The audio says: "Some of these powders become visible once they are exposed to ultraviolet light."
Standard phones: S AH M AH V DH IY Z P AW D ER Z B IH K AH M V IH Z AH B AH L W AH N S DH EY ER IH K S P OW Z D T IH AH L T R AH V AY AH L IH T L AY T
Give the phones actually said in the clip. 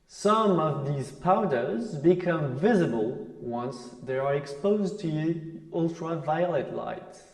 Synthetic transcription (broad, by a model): S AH M AH V DH IY Z P AW D ER Z B IH K AH M V IH Z AH B AH L W AH N S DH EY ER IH K S P OW Z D T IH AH L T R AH V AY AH L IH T L AY T